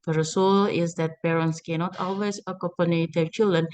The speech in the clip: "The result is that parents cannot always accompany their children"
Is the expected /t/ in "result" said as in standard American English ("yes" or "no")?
no